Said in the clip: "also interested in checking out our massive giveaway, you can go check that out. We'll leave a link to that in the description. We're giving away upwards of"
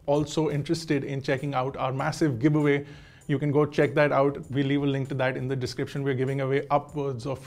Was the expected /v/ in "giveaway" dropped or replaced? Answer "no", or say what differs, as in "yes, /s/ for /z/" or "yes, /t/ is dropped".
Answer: yes, /b/ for /v/